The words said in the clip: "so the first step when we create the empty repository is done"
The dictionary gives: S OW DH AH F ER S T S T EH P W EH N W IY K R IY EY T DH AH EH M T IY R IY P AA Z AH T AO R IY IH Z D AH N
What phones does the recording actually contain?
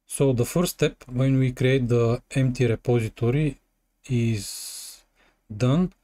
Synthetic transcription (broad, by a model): S OW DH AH F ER T S T EH P W EH N W IY K R IY EY T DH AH EH M T IY R IY P AA Z AH T AO R IY IH Z D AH N